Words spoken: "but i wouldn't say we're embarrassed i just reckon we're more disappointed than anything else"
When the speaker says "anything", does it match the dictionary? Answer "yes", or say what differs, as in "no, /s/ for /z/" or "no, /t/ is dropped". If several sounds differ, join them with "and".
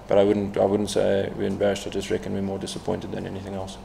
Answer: yes